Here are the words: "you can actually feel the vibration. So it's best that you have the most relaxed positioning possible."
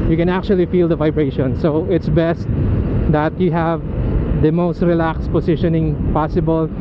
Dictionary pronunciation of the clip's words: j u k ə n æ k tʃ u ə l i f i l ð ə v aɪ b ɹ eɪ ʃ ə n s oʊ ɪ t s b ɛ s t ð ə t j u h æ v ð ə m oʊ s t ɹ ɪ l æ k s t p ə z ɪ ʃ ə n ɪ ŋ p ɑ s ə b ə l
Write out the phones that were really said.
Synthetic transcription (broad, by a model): j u k ə n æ k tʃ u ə l i f i l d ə v aɪ b ɹ eɪ ʃ ə n s oʊ ɪ t s b ɛ s t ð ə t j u h æ v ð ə m oʊ s t ɹ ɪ l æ k s p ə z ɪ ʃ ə n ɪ ŋ p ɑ s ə b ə l